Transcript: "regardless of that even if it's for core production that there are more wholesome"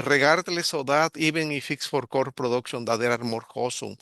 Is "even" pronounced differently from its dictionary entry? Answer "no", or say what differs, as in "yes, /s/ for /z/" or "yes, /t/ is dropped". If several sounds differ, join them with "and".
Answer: yes, /b/ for /v/